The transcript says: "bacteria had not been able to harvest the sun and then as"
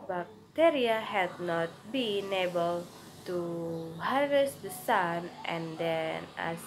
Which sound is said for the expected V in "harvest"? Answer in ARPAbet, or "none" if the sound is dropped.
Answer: none